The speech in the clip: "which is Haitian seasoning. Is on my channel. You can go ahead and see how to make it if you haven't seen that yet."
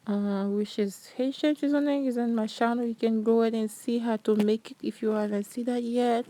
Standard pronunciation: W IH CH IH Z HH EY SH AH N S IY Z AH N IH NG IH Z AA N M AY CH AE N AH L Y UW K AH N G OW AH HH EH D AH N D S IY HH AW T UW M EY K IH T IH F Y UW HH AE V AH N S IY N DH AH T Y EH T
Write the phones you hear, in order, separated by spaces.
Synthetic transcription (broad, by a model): W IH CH IH Z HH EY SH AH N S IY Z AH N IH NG IH Z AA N M AY SH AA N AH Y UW K AH N G OW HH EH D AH N S IY HH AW T UW M EY K IH T IH F Y UW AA AH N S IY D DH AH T Y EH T